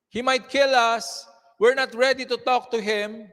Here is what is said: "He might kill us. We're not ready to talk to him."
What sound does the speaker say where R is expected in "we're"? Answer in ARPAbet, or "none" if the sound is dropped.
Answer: R